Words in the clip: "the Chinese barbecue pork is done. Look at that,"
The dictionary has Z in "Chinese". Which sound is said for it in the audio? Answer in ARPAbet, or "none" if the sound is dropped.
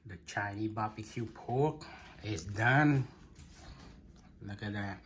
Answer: none